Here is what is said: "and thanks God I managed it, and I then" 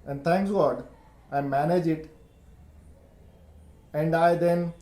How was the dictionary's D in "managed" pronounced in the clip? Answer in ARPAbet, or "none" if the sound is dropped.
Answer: none